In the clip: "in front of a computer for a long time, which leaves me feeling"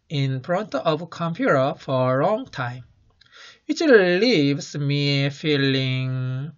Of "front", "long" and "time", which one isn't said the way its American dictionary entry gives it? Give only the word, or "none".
front